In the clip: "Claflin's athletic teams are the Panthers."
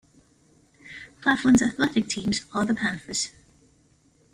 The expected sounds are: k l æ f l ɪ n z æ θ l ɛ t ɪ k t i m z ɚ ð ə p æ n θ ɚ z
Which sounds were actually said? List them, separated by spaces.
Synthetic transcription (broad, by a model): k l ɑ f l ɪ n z æ θ l ɛ t ɪ k t i m z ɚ ð ə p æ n f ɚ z